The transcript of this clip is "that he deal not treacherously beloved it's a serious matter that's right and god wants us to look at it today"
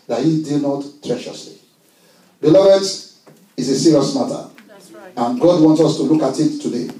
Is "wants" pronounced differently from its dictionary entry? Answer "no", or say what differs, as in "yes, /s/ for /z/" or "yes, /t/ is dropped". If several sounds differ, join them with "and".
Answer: no